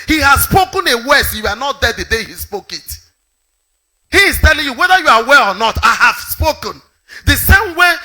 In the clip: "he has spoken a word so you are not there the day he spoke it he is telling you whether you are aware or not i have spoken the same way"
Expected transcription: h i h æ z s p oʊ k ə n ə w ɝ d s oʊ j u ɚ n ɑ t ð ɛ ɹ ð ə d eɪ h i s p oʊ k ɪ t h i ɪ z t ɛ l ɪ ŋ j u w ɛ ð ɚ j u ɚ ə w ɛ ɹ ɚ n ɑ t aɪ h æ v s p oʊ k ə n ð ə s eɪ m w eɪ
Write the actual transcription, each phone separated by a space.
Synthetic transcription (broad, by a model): h i h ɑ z s p oʊ k ə n ə w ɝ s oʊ j u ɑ n ɑ t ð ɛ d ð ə d eɪ h i s p oʊ k ɪ t h i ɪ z t ɛ l ɪ ŋ j u w ɛ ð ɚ j u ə w ɛ l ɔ n ɑ t aɪ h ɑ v s p oʊ k ə n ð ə s eɪ m w eɪ